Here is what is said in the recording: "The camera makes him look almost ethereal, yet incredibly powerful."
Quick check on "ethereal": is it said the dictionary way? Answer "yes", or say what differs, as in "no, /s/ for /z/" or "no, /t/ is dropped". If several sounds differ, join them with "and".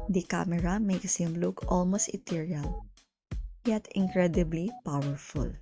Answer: no, /t/ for /θ/